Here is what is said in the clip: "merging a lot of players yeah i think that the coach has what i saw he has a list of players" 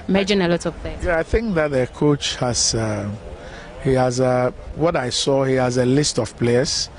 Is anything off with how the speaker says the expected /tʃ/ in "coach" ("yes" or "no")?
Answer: no